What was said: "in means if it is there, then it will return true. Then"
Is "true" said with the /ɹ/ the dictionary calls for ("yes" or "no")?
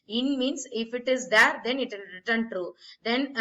no